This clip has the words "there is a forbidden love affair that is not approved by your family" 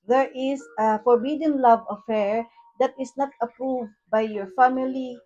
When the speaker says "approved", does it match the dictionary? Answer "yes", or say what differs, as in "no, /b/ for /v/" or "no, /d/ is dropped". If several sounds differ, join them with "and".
yes